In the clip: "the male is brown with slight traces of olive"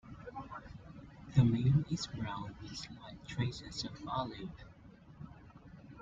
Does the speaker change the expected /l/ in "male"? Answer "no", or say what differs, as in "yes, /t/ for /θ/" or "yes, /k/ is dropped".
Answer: yes, /n/ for /l/